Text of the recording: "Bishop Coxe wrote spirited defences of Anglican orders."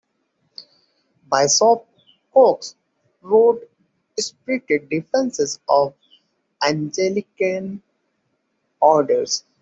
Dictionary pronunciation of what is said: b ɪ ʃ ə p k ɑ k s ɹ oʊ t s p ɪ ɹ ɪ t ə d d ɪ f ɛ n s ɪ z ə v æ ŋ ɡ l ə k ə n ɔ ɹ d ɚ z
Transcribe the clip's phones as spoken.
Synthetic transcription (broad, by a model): b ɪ s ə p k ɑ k s ɹ oʊ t s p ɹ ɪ t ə d d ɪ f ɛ n s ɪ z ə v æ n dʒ l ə k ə n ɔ ɹ d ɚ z